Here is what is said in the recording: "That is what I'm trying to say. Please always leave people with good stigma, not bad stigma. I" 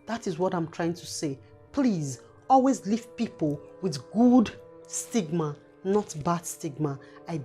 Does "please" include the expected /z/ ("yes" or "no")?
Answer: yes